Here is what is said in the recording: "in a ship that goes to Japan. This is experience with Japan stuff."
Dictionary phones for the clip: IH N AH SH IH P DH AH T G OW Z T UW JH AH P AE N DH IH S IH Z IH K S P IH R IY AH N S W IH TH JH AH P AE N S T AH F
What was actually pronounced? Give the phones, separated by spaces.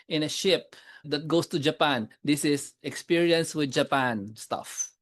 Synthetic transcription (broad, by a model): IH N AH SH IH P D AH T G OW S T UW JH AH P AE N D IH S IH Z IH K S P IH R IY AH N S W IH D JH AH P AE N S T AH F